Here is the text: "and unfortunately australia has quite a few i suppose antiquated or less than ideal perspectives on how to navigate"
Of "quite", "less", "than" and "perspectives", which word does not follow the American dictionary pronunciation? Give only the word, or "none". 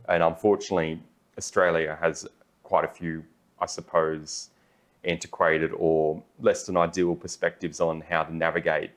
none